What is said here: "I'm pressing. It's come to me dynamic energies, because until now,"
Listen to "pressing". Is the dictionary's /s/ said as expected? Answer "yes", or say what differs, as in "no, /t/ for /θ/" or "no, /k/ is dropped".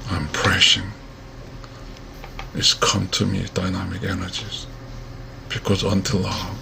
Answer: no, /ʃ/ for /s/